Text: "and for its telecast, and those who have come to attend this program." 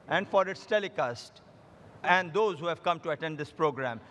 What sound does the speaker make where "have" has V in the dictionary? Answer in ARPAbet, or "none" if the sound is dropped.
V